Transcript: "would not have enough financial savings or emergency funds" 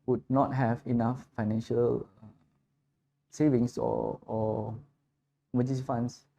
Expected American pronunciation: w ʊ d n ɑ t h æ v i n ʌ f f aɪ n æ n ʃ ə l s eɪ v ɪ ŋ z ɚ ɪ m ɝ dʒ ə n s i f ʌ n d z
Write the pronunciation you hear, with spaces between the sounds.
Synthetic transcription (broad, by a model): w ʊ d n ɑ t h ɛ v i n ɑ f f aɪ n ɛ n ʃ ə l s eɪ v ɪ ŋ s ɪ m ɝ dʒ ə s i f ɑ n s